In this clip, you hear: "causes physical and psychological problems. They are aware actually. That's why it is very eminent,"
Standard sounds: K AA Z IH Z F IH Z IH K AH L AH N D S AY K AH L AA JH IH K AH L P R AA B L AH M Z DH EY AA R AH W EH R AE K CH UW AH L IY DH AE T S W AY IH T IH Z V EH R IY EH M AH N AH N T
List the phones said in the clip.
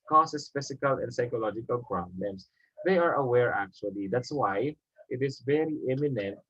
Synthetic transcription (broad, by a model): K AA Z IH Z F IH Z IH K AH L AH N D S AY K AH L AA JH IH K AH L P R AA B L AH M S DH EY AA R AH W EH R AE K CH UW AH L IY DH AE T S W AY IH T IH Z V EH R IY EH M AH N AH N T